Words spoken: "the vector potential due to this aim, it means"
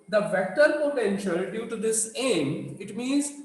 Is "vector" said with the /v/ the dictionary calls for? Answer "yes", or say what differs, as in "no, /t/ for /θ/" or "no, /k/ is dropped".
yes